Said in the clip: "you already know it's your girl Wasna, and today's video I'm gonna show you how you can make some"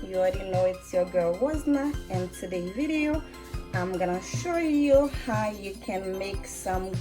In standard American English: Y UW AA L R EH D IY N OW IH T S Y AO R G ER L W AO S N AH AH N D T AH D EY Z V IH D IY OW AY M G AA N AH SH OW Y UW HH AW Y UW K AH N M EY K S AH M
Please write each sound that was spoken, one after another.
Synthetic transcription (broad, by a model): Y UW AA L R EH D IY N OW IH T S Y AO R G ER L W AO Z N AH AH N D T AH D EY V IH D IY OW AY M G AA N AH SH OW Y UW HH AW Y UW K AH N M EY K S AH M